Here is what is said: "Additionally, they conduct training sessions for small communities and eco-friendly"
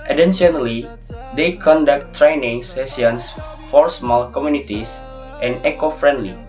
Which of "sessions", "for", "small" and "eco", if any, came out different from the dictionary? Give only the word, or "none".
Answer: sessions